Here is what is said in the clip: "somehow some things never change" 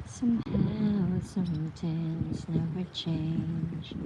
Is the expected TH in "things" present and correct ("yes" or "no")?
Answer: no